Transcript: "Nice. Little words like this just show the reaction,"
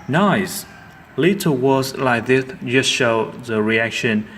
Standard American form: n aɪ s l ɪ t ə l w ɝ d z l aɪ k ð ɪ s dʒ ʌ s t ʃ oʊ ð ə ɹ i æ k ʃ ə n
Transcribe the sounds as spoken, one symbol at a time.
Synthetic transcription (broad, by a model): n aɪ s l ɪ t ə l w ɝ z l aɪ k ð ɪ θ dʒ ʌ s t ʃ oʊ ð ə ɹ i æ k ʃ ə n